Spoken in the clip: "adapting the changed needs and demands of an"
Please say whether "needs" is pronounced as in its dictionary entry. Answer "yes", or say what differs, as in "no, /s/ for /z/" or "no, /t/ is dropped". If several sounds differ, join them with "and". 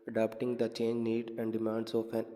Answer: no, /z/ is dropped